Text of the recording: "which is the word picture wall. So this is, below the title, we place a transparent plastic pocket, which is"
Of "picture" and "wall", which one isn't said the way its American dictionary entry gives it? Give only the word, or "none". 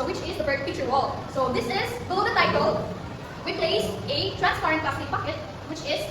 picture